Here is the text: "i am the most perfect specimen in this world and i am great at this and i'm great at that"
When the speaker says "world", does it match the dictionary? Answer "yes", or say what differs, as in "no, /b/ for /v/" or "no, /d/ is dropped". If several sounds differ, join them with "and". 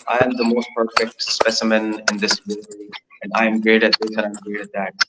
no, /l/ is dropped